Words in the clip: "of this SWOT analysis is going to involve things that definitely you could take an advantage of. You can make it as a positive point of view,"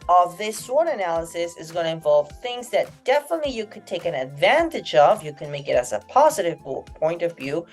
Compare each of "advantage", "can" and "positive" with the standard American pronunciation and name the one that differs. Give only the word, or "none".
none